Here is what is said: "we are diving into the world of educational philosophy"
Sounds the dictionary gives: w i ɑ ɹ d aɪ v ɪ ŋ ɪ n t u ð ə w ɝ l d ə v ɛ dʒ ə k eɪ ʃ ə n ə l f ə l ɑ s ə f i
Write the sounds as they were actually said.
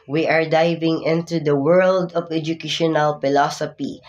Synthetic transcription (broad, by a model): w i ɑ ɹ d aɪ v ɪ ŋ ɪ n t u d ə w ɝ l d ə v ɛ dʒ ə k eɪ ʃ ə n ə l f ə l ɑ s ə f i